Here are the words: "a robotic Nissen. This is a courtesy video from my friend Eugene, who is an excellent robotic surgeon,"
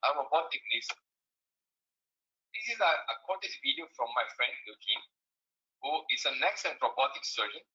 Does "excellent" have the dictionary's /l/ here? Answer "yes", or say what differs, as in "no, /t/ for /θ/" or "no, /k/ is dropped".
no, /l/ is dropped